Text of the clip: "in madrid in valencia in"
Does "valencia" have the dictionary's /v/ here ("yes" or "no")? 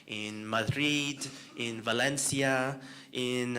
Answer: yes